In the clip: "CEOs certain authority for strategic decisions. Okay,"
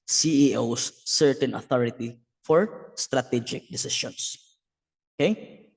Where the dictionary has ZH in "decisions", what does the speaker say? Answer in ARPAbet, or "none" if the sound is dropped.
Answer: SH